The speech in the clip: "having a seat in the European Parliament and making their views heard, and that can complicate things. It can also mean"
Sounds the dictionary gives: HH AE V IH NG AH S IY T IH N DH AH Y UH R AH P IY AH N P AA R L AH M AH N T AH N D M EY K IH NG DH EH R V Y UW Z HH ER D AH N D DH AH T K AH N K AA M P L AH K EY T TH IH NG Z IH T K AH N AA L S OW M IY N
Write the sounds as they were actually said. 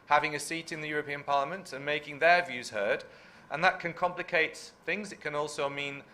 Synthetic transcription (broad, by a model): HH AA V IH NG AH S IY T IH N DH AH Y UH R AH P IY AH N P AA R L AH M AH N T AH N M EY K IH NG DH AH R V Y UW Z HH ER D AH N DH AH T K AH N K AA M P L AH K EY T TH IH NG Z IH T K AH N AA L S OW M IY N